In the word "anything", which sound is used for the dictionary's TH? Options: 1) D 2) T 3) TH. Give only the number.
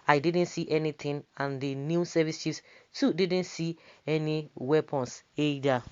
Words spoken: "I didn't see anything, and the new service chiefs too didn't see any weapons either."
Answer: 2